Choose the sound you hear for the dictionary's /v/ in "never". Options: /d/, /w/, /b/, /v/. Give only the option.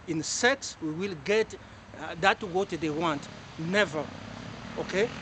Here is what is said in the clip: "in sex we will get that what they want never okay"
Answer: /v/